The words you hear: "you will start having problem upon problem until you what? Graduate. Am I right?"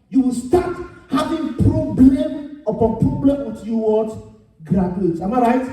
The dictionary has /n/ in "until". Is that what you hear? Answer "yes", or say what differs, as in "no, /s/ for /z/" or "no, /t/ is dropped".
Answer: no, /n/ is dropped